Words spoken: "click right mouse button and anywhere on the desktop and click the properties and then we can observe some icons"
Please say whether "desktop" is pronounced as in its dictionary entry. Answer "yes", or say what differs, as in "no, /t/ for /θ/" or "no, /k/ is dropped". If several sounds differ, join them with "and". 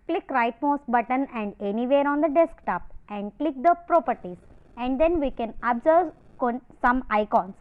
yes